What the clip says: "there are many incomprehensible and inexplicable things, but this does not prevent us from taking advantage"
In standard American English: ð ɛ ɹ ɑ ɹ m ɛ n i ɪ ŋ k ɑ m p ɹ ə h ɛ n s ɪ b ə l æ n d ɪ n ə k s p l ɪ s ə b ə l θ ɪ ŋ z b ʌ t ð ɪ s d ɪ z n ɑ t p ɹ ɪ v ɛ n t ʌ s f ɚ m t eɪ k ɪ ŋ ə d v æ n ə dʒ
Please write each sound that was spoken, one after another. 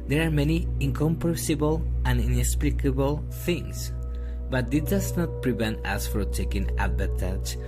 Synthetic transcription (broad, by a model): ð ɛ ɹ ɑ ɹ m ɛ n i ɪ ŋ k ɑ m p ə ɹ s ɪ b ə l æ n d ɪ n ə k s p l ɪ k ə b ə l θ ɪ ŋ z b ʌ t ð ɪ d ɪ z n ɑ t p ɹ ɪ v ɛ n t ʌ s f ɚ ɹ t eɪ k ɪ ŋ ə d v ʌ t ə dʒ